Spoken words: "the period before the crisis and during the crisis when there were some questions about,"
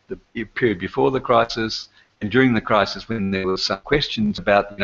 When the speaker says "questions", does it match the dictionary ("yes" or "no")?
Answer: yes